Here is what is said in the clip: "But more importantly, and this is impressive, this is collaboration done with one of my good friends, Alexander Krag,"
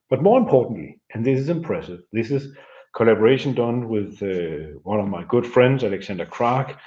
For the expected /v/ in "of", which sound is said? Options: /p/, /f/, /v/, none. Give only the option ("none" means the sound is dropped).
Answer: /v/